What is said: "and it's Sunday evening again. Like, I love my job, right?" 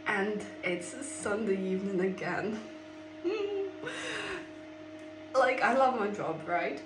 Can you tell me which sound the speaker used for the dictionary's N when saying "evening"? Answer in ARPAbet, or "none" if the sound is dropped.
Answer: N